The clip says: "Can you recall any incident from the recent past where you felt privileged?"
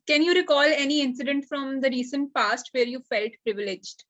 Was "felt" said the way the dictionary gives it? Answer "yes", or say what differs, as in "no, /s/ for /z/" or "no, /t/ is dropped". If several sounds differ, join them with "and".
yes